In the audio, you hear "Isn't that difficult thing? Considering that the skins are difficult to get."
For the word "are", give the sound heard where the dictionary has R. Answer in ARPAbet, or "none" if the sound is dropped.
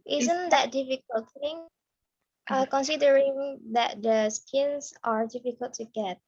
R